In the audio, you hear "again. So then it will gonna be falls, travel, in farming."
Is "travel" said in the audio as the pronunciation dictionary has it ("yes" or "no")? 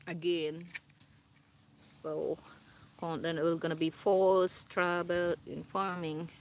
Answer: no